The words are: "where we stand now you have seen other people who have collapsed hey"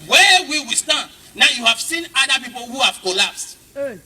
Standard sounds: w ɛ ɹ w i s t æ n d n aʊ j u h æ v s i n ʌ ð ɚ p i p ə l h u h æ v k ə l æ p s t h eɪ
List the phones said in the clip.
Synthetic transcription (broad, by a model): w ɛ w w i s t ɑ n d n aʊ j u h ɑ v s i n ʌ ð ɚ p i p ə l h u h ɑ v k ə l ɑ p s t